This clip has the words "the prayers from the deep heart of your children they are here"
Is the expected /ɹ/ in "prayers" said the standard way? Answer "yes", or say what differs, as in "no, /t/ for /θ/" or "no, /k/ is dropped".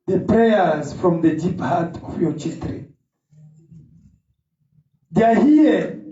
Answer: yes